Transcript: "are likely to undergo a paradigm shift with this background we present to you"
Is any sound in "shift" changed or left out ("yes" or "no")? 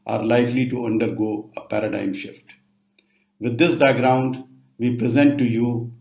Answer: no